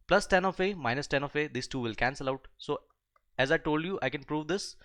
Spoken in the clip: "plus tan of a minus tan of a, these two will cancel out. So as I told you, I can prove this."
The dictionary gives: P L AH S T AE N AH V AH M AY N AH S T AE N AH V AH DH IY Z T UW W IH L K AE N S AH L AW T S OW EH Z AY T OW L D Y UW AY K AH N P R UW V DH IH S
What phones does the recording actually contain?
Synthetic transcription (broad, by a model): P L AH S T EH N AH F AH M AY N AH S T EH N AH F AH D IY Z T UW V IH L K AE N S AH L AW T S OW EH Z AY T OW L D Y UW AY K AH N P R UW V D IH S